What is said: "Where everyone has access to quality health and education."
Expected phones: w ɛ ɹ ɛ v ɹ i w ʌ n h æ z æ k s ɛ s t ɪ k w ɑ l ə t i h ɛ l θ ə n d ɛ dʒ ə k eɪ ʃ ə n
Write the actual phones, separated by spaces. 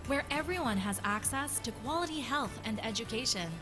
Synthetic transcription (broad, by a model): w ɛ ɹ ɛ v ɹ i w ʌ n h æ z æ k s ɛ s t ɪ k w ɑ l ə t i h ɛ l θ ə n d ɛ dʒ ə k eɪ ʃ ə n